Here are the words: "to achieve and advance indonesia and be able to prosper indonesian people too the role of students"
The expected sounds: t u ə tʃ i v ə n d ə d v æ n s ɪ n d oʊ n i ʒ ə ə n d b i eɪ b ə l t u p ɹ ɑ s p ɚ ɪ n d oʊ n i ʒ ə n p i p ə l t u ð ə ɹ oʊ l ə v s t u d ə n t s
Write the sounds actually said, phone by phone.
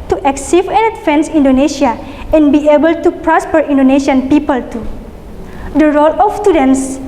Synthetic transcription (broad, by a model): t u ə s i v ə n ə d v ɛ n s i n d oʊ n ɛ ʃ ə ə n b i eɪ b ə l t u p ɹ ɑ s p ɚ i n d oʊ n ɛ ʃ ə n p i p ə l t u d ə ɹ oʊ l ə f s t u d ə n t s